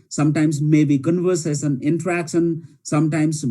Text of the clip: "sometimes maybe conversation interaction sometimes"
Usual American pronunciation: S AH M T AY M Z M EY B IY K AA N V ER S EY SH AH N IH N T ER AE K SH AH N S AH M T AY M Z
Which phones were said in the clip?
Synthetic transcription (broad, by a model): S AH M T AY M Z M EY B IY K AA N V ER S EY S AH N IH N T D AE K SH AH N S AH M T AY M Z